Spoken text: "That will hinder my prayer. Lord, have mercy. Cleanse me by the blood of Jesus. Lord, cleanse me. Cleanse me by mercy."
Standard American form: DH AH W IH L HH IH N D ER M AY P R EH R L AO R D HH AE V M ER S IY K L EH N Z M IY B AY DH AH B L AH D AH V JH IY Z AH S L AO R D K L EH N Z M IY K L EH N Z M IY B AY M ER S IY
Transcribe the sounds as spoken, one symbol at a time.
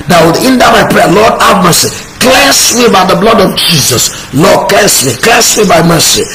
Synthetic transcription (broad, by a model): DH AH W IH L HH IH N D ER M AY P R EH L AO D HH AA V M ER S IY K L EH N S M IY B AY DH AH B L AH D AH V JH IY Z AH S L AO D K L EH N S M IY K L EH N S M IY B AY M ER S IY